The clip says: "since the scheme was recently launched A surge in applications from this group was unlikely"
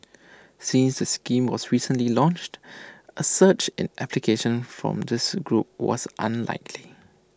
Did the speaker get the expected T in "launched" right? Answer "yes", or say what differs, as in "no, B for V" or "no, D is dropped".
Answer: yes